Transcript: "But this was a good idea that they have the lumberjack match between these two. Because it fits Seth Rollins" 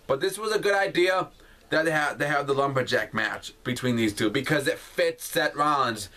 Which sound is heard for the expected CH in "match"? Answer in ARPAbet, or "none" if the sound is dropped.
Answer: CH